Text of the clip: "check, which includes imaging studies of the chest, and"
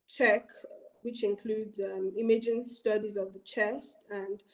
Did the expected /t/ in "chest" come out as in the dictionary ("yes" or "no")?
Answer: yes